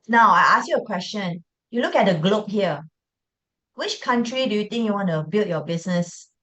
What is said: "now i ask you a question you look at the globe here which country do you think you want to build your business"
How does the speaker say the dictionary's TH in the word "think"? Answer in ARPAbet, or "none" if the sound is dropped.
T